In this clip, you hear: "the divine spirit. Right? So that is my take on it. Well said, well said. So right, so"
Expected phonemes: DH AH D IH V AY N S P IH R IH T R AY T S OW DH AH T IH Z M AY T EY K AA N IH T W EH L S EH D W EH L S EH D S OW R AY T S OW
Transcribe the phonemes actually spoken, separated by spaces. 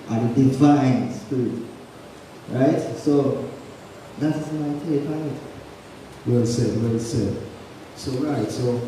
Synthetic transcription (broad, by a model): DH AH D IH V AY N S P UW IH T R AY T S OW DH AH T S M AY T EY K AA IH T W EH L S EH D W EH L S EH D S OW R AY T S OW